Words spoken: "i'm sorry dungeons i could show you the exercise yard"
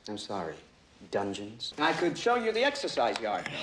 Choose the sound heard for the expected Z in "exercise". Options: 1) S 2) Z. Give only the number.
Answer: 2